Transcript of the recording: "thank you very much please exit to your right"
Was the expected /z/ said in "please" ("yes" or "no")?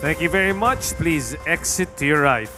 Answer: yes